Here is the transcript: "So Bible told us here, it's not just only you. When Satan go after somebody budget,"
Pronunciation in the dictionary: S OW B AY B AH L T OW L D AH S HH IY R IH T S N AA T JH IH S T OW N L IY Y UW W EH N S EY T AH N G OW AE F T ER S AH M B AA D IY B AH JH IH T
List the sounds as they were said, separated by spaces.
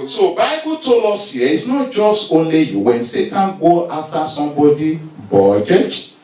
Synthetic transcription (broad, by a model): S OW B AY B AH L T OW L AO S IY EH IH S N AA T JH IH S T OW N L IY Y UW W EH N S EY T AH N G OW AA F T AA S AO M B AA D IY B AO JH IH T